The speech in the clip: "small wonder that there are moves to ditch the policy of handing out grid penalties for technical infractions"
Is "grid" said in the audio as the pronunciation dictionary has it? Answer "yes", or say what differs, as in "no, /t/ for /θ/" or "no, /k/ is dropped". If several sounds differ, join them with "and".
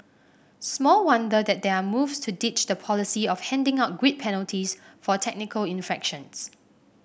no, /w/ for /ɹ/